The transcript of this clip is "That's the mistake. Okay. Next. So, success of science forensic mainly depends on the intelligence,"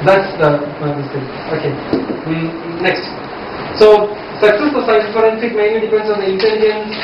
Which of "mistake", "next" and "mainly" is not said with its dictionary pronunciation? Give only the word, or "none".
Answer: mistake